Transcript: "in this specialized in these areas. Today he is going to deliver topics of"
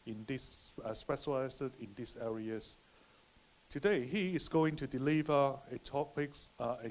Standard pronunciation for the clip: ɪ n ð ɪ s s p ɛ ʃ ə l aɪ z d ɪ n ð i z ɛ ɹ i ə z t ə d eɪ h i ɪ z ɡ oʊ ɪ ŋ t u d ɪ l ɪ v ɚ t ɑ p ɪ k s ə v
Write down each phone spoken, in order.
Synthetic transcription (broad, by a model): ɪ n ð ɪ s s p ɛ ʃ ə l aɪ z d ɪ n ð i s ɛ ɹ i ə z t ə d eɪ h i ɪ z ɡ oʊ ɪ ŋ t u d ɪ l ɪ v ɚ t ɑ p ɪ k s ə